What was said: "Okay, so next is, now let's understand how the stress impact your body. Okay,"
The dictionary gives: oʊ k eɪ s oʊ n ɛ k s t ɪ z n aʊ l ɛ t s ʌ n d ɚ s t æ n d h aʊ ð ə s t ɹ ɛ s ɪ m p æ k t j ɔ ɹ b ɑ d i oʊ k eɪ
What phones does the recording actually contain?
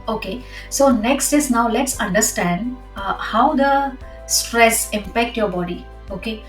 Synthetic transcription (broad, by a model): oʊ k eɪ s oʊ n ɛ k s t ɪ s n aʊ l ɛ t s ʌ n d ɚ s t æ n d h aʊ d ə s t ɹ ɛ s ɪ m p æ k t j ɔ ɹ b ɑ d i oʊ k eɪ